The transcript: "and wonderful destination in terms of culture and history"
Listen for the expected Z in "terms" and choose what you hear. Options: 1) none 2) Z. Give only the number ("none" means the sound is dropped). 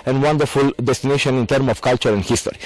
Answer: 1